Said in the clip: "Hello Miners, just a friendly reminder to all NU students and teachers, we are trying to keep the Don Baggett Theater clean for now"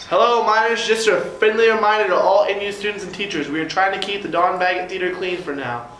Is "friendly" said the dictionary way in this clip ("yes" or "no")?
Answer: no